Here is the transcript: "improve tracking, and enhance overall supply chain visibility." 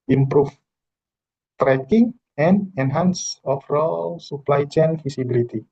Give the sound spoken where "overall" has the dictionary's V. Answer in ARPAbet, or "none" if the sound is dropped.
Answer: F